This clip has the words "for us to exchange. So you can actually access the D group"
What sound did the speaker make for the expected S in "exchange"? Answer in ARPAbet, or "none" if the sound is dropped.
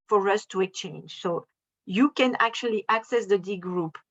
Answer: none